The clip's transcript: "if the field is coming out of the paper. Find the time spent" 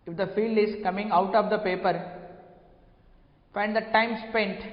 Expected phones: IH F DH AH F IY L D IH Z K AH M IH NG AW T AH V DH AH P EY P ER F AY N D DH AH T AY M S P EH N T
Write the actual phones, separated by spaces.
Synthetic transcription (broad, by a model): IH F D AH F IY L D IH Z K AH M IH NG AW T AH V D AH P EY P ER F AY N D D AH T AY M S P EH N T